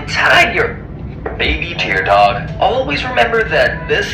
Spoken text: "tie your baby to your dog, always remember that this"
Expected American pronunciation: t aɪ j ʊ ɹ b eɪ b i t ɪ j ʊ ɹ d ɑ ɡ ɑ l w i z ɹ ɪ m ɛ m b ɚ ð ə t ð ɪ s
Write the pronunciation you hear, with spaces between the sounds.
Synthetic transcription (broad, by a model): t aɪ j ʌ ɹ b eɪ b i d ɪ ɹ d ɑ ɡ ɑ l w i z ɹ ɪ m ɛ m b ɚ ð ə t ð ɪ s